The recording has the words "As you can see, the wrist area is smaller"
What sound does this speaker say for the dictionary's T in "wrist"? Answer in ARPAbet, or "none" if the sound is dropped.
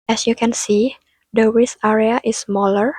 none